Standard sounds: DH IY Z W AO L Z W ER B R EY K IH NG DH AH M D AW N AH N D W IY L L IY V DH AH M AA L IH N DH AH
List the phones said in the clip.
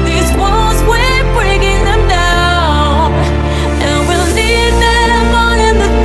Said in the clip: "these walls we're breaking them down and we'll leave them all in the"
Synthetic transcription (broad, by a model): DH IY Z W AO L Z W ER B R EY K IH NG DH AH M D AW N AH N W IY L N IY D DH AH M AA N IH N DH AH